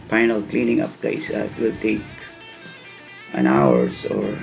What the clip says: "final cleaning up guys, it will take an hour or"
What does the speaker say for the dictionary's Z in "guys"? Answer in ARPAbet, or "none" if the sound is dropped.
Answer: S